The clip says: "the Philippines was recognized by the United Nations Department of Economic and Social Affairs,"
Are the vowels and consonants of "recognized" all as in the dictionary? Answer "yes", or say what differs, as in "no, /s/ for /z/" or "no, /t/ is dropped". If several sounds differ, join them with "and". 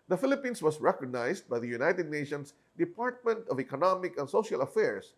no, /s/ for /z/